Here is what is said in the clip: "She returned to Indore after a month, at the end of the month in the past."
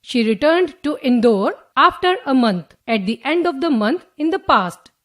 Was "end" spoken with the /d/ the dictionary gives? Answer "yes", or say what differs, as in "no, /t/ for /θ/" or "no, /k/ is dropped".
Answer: yes